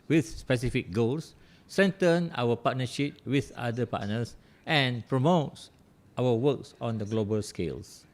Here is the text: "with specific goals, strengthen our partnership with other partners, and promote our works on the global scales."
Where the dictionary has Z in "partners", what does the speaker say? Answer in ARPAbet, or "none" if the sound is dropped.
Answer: S